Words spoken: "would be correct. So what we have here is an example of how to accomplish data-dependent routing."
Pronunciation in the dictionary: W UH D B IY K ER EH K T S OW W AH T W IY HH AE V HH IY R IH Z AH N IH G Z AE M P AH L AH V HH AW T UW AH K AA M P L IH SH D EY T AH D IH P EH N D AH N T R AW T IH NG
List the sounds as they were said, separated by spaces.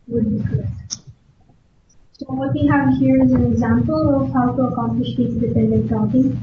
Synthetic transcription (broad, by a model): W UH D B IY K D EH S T S OW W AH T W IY HH AE V HH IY R IH Z AH N IH G Z AE M P AH L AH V HH AW T UW AH K AA M P L IH SH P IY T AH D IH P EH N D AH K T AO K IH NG